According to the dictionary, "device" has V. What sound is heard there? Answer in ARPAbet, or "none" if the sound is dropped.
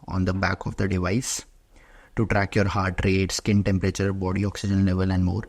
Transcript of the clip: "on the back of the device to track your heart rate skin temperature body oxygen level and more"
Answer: V